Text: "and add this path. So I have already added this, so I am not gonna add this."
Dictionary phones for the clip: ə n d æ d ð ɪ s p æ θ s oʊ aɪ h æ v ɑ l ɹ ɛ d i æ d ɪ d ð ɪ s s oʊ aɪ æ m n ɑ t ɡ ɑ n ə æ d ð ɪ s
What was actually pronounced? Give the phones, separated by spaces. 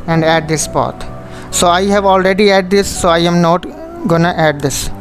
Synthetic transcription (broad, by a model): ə n d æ d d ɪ s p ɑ t s oʊ aɪ h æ v ɑ l ɹ ɛ d i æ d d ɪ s s oʊ aɪ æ m n ɑ t ɡ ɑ n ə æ d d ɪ s